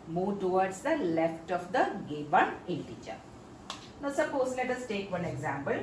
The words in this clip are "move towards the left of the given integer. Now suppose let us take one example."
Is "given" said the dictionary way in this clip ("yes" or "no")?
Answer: no